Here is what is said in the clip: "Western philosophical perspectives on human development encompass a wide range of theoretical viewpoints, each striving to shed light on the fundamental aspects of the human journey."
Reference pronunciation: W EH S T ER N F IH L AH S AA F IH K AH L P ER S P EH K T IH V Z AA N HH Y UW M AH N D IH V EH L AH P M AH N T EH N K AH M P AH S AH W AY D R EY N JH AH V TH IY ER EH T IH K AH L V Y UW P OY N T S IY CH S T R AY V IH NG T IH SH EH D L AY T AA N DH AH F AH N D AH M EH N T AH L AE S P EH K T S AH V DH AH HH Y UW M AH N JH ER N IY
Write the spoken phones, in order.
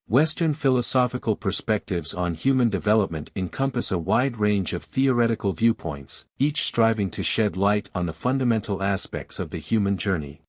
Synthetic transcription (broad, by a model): W EH S T ER N F IH L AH S AA F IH K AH L P ER S P EH K T IH V Z N HH Y UW M AH N D IH V EH L AH P M AH N T EH N K AH M P AH S AH W AY D R EY N JH AH V TH IY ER EH T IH K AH L V Y UW P OY N T S IY CH S T R AY V IH NG T IH SH EH D L AY T N DH AH F AH N D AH M EH N T L AE S P EH K T S AH V DH AH HH Y UW M AH N JH ER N IY